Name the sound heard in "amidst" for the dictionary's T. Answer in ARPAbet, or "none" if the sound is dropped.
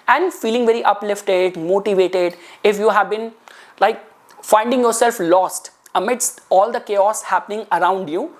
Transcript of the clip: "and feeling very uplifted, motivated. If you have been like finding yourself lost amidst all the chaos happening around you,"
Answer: T